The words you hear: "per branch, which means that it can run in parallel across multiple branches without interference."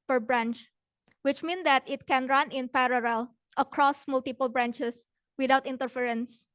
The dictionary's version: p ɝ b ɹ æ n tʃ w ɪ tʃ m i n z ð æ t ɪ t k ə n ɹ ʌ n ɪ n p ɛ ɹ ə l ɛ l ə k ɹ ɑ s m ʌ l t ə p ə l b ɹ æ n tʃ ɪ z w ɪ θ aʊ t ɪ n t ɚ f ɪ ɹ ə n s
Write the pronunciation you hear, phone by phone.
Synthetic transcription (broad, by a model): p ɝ b ɹ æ n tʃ w ɪ tʃ m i n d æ t ɪ t k ə n ɹ ʌ n ɪ n p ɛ ɹ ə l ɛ l ə k ɹ ɑ s m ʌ l t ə p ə l b ɹ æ n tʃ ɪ s w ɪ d aʊ t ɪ n t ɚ f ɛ ɹ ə n s